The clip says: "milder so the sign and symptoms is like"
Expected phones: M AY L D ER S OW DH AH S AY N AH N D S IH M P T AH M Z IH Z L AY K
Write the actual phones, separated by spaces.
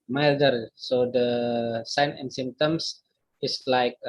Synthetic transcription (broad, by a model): M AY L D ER S OW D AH S AY N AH N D S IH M T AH M S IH S L AY K